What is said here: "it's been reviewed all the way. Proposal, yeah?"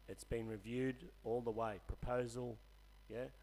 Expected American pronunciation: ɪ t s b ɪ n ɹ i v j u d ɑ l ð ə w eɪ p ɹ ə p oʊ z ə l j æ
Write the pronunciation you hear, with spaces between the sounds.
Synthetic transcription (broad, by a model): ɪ t s b ɪ n ɹ i v j u d ɑ l ð ə w eɪ p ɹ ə p oʊ z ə l j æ